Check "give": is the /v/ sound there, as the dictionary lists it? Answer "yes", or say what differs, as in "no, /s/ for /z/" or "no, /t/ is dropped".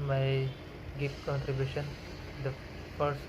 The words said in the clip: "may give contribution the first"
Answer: no, /p/ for /v/